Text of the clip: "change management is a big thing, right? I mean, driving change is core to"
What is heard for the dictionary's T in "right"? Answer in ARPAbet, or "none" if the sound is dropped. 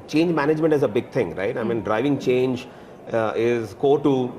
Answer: T